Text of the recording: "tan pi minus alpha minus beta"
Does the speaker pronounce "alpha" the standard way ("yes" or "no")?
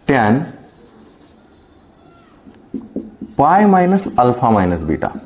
no